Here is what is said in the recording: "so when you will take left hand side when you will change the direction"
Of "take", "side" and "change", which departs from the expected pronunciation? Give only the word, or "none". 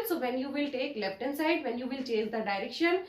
change